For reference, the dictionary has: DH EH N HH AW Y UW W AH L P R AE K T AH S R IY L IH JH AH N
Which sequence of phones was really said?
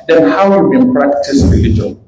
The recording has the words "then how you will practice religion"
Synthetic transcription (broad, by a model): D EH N HH AW Y UW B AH N P R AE K T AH S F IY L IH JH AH